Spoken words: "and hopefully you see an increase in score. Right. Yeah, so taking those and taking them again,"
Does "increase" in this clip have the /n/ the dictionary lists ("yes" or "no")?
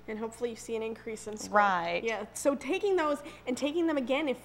yes